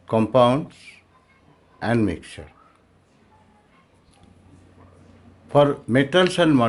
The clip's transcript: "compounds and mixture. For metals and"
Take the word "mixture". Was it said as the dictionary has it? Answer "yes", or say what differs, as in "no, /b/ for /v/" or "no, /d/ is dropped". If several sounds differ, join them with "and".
no, /s/ is dropped